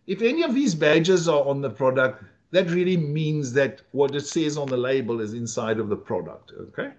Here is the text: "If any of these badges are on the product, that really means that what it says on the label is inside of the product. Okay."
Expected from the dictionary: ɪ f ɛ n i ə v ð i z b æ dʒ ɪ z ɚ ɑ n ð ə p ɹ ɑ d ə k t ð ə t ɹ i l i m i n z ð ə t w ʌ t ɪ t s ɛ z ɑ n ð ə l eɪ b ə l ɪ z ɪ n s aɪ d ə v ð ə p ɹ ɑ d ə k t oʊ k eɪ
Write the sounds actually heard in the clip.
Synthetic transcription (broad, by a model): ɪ f ɛ n i ə v ð i z b æ dʒ ɪ z ɚ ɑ n ð ə p ɹ ɑ d ə k t ð ə t ɹ i l i m i n z ð ə t w ʌ t ɪ t s ɛ z n ð ə l eɪ b ə l ɪ z ɪ n s aɪ d ə v ð ə p ɹ ɑ d ə k t oʊ k eɪ